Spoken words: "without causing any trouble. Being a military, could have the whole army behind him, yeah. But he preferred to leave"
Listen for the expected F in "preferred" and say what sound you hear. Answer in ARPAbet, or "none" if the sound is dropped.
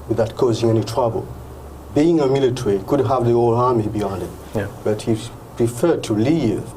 F